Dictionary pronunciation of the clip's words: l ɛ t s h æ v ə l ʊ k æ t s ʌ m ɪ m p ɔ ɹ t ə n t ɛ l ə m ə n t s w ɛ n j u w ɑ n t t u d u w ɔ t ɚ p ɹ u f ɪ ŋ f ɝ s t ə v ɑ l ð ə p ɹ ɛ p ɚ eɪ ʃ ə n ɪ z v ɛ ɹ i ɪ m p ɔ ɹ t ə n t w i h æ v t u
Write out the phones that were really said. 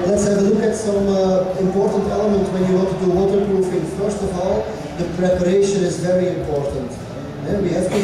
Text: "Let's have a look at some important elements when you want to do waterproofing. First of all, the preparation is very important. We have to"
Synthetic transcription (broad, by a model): l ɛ t s h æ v ə l ʊ k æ t s ʌ m ɪ m p ɔ ɹ t ə n t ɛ l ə m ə n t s w ɛ n j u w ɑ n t t u d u w ɔ t ɚ p ɹ u f ɪ ŋ f ɝ s t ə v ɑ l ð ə p ɹ ɛ p ɚ eɪ ʃ ə n ɪ z v ɛ ɹ i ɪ m p ɔ ɹ t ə n t w i h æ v t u